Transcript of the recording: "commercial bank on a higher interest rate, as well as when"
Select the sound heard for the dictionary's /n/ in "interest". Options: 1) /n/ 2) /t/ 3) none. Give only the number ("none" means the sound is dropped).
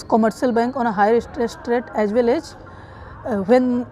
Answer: 3